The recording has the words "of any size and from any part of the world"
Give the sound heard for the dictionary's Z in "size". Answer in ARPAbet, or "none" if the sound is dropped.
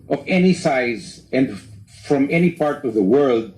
Z